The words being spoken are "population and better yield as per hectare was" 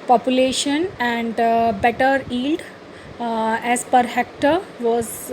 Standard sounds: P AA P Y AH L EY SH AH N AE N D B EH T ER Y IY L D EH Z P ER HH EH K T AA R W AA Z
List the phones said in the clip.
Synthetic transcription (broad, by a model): P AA P Y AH L EY SH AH N AE N D B EH T ER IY L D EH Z P ER HH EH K T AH R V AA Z